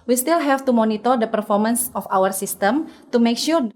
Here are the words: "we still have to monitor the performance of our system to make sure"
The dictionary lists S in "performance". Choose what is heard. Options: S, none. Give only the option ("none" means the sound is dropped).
S